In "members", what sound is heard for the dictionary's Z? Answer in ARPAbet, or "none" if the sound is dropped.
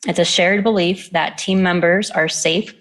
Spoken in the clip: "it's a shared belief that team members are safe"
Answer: Z